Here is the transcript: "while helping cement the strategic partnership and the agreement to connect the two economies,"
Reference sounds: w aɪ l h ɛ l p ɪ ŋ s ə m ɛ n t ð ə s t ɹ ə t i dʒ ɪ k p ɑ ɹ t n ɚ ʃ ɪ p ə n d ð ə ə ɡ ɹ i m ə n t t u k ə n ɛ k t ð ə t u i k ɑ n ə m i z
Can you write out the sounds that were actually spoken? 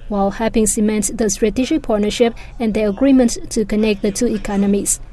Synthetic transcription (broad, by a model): w aɪ l h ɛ p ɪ ŋ s ə m ɛ n t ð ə s t ɹ ə t i dʒ ɪ k p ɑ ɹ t n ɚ ʃ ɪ p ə n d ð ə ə ɡ ɹ i m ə n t t u k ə n ɛ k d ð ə t u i k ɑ n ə m i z